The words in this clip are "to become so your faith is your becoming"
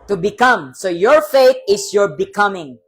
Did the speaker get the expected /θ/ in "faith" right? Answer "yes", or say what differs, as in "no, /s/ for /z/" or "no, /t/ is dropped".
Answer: no, /t/ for /θ/